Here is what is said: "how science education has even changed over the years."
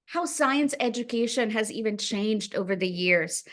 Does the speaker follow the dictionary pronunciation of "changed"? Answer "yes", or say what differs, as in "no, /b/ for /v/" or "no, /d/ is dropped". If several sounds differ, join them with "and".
yes